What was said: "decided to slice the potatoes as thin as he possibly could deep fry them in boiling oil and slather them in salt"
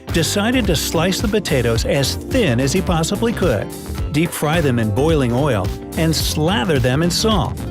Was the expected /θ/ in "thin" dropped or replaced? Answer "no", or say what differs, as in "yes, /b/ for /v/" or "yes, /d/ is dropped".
no